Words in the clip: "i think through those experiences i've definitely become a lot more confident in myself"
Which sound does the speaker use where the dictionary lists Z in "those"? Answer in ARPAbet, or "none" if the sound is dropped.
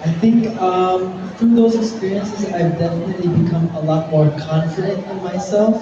Z